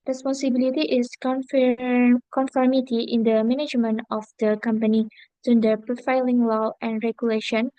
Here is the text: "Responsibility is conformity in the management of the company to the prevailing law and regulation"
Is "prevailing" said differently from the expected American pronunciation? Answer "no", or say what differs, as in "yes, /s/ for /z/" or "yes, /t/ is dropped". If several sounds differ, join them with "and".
yes, /v/ is dropped